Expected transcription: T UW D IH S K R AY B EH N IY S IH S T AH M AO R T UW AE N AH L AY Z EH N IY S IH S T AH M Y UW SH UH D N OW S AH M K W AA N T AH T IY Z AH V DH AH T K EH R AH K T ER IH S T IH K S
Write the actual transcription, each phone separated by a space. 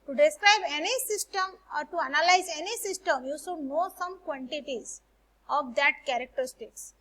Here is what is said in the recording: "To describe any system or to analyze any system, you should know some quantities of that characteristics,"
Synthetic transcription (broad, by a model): T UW D IH S K R AY B EH N IY S IH S T AH M AO R T UW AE N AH L AY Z EH N IY S IH S T AH M Y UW S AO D N OW S AH M K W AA N T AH T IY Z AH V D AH T K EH R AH K T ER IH S T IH K S